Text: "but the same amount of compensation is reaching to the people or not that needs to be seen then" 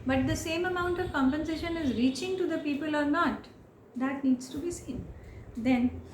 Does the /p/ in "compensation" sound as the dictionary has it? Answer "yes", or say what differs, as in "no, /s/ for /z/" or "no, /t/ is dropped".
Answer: yes